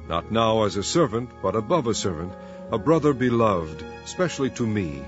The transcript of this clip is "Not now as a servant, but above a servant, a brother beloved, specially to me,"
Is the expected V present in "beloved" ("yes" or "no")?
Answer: yes